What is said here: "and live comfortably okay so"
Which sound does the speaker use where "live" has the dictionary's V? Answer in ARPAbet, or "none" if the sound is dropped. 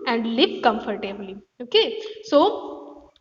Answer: P